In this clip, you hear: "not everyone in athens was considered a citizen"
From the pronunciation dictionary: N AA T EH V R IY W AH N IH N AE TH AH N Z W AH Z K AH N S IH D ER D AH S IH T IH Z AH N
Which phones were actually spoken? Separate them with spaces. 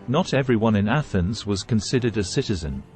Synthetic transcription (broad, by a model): N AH T EH V R IY W AH N IH N AE TH AH N Z W AH Z K AH N S IH D ER D AH S IH T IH Z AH N